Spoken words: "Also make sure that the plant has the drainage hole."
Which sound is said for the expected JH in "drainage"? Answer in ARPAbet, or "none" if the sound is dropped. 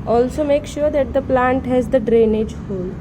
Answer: JH